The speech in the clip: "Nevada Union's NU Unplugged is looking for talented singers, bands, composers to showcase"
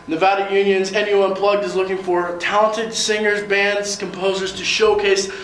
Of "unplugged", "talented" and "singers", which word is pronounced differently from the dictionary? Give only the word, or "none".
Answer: none